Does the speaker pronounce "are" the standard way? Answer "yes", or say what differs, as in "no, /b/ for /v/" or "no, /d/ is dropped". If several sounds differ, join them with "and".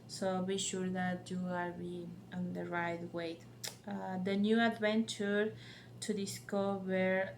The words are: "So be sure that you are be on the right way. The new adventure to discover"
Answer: no, /l/ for /ɹ/